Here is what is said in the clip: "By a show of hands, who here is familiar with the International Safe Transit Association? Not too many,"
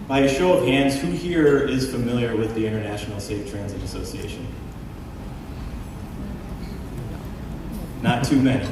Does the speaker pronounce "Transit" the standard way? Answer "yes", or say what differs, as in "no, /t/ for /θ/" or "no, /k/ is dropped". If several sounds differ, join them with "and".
yes